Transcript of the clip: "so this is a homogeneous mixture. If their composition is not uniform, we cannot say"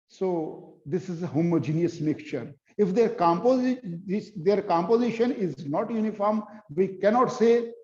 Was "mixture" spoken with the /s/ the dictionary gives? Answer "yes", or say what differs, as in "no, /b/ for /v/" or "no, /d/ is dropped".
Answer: no, /s/ is dropped